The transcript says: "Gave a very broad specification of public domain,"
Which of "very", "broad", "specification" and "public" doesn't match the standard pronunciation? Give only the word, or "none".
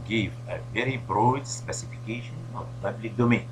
none